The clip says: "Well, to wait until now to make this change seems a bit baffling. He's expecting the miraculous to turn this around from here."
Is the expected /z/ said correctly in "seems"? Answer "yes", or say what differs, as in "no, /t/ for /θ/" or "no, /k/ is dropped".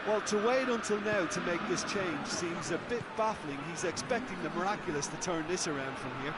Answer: yes